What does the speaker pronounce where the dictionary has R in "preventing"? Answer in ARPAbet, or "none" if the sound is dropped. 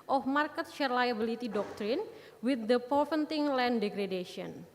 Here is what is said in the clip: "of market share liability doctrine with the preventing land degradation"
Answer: none